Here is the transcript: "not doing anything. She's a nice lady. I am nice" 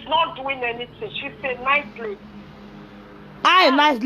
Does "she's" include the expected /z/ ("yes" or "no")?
no